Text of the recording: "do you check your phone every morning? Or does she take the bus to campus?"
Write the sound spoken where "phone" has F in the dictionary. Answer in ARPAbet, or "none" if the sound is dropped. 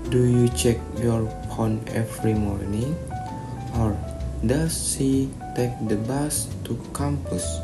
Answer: P